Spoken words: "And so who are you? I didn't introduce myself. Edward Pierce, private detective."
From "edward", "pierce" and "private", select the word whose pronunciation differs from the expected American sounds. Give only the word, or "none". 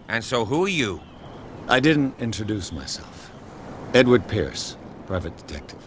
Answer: none